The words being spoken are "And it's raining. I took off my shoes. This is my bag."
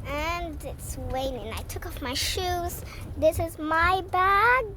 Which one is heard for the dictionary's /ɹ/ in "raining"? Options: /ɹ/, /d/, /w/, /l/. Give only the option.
/w/